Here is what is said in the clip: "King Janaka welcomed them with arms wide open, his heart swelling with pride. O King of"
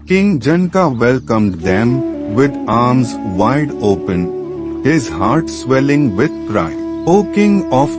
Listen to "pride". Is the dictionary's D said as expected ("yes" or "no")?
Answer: no